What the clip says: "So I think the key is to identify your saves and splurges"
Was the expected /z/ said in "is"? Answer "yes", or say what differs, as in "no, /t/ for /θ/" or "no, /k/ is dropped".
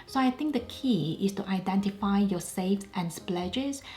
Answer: no, /s/ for /z/